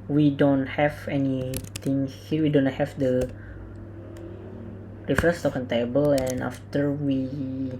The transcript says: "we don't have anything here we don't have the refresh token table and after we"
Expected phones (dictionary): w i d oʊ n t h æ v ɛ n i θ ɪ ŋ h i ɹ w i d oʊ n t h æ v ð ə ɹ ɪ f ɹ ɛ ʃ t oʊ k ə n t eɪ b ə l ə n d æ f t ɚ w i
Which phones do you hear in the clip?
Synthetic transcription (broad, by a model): w i d oʊ n t h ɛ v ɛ n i t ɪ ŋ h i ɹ w i d oʊ n t h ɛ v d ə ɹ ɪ f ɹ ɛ s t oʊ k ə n t eɪ b ə l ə n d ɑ f t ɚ w i